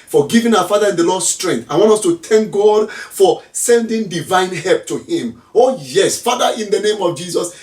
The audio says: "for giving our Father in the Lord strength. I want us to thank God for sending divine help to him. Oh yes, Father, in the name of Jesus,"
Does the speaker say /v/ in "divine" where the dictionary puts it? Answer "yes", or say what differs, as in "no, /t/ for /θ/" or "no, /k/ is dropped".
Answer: yes